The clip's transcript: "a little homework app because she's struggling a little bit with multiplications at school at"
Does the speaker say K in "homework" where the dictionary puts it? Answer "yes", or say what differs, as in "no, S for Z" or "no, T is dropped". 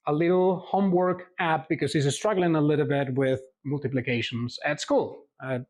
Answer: yes